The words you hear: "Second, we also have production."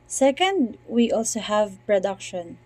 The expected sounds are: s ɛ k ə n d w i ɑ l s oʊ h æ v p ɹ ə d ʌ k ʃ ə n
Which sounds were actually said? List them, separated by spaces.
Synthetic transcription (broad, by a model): s ɛ k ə n d w i ɑ l s oʊ h æ v p ɹ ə d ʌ k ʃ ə n